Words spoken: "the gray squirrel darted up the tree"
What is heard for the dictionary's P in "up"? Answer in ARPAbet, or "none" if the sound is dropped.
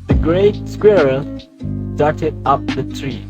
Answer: P